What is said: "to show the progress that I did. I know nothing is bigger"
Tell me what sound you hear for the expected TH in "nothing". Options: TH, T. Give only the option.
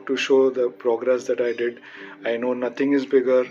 T